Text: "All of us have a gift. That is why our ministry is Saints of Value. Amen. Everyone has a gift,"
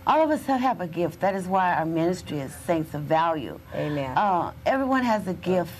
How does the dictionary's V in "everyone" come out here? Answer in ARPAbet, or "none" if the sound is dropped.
V